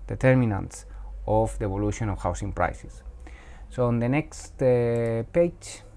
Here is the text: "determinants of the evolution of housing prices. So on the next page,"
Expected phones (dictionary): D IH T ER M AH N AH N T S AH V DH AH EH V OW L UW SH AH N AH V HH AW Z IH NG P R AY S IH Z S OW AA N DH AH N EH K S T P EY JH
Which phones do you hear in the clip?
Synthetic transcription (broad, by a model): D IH T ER M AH N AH N T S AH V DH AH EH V OW L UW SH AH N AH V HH AW S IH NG P R AY S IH S OW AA N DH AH N EH K S T P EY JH